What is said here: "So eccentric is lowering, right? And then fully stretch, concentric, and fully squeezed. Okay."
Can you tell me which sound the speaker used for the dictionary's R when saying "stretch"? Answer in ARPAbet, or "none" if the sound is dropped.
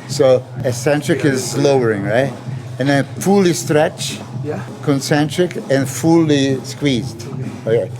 R